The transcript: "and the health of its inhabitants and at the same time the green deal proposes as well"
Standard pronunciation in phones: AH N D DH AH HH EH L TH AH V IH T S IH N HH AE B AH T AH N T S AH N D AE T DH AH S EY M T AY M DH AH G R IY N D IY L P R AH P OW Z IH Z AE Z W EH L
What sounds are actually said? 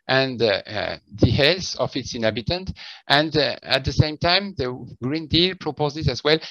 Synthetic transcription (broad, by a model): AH N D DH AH HH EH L S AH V IH T S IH N HH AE B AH T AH N T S AH N D AE T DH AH S EY M T AY M DH AH G R IY N D IY L P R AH P OW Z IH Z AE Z W EH L